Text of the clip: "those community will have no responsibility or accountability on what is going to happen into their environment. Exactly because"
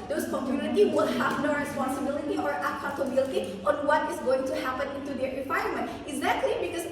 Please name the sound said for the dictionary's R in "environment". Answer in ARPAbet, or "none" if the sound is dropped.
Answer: none